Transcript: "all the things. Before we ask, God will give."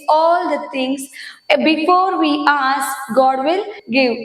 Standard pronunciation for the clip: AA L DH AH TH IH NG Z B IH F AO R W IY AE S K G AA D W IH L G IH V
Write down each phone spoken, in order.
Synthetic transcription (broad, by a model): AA L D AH T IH NG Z B IH F AO R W IY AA S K G AA D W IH L G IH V